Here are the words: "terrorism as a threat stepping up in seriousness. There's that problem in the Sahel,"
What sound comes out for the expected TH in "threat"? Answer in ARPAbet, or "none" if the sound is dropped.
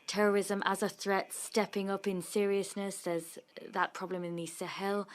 TH